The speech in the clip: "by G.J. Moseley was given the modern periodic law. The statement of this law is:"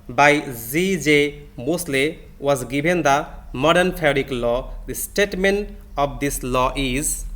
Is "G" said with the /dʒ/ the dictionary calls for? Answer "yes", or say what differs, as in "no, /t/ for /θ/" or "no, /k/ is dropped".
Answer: no, /z/ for /dʒ/